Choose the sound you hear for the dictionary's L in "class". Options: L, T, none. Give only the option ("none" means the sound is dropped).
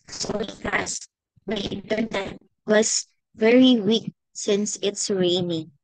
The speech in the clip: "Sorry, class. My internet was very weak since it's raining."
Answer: none